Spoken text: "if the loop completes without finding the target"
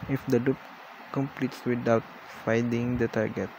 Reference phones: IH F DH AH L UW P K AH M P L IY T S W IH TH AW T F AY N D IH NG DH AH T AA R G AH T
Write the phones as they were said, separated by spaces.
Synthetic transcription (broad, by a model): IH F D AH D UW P K AH M P L IY T S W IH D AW T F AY D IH NG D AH T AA R G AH T